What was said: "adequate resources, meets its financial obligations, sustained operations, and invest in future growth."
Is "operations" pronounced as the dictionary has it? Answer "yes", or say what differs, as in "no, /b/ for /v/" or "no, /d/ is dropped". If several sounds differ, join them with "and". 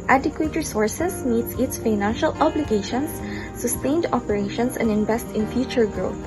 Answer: no, /s/ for /z/